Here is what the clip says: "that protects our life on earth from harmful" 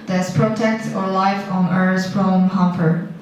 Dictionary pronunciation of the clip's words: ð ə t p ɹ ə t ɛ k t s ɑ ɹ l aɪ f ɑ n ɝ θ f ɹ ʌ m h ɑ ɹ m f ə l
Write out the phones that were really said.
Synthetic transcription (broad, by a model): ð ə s p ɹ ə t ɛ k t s ɑ ɹ l aɪ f ɑ n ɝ s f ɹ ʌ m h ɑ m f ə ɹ